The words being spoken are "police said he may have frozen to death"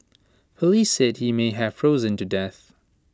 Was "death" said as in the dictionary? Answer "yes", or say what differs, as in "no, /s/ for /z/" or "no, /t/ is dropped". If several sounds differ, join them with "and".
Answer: yes